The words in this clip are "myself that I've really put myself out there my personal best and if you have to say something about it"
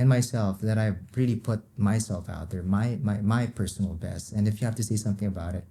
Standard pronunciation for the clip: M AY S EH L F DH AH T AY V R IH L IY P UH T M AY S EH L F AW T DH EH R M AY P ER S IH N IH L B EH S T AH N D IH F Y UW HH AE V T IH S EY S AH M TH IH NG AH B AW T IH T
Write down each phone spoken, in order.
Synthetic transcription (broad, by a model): M AY S EH L F DH AH T AY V R IH L IY P UH T M AY S EH L F AW T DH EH R M AY P ER S N L B EH S T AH N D IH F Y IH HH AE F T IH S EY S AH M TH IH NG AH B AW T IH T